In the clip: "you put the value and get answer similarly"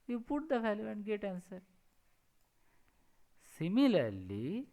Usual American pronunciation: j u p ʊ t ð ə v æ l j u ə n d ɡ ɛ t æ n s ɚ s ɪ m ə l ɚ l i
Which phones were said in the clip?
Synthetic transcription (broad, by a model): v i p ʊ t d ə f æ l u ə n d ɡ ɛ t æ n s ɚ s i m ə l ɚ l i